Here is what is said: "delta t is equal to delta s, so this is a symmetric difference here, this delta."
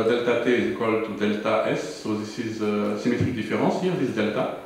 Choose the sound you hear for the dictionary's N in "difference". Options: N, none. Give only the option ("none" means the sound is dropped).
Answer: none